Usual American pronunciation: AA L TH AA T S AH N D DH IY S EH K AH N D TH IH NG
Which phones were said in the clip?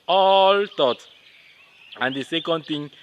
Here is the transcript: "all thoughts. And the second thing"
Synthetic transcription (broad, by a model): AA L T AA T AH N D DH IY S EH K AH N D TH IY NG